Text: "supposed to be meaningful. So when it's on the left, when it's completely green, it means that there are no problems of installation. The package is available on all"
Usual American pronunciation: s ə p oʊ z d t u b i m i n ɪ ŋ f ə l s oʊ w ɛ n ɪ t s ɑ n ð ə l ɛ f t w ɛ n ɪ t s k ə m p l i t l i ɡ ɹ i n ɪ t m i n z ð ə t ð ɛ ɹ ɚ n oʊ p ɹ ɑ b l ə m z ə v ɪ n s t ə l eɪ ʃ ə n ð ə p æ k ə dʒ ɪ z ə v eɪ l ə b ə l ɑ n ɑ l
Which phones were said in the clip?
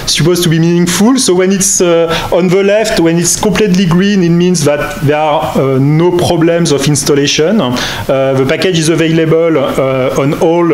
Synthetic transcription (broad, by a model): s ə p oʊ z t u b i m i n ɪ ŋ f ə l s oʊ w ɛ n ɪ t s ɑ n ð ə l ɛ f t w ɛ n ɪ t s k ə p l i t l i ɡ ɹ i n ɪ t m i n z ð ə t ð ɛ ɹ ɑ n oʊ p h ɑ b l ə m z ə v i n s t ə l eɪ ʃ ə n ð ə p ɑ k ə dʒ ɪ z ə v eɪ l ə b ə l ɑ n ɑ l